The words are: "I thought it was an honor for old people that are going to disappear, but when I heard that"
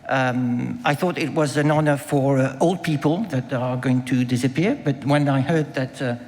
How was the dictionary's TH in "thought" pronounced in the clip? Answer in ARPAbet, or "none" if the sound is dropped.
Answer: TH